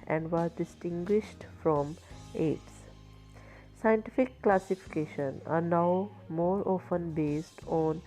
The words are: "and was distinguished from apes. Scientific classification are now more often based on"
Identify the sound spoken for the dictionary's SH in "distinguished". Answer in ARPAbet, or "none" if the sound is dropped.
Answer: SH